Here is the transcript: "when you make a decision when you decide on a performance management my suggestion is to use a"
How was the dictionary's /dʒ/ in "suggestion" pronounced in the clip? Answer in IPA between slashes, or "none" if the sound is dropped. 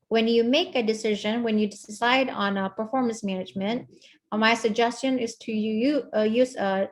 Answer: /dʒ/